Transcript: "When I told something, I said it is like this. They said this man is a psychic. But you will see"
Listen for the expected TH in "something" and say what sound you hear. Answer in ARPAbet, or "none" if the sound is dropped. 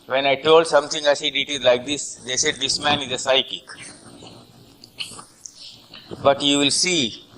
T